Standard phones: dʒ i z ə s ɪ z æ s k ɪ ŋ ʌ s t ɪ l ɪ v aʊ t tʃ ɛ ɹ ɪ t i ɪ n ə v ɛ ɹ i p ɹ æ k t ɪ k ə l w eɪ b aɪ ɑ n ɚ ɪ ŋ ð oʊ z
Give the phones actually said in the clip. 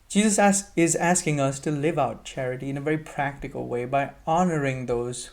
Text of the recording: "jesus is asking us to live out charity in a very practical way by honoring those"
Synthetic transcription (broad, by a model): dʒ i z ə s ɪ z æ s k ɪ ŋ ʌ s t ɪ l ɪ v aʊ t tʃ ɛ ɹ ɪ t i ɪ n ə v ɛ ɹ i p ɹ æ k t ɪ k ə l w eɪ b aɪ ɑ n ɚ ɪ ŋ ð oʊ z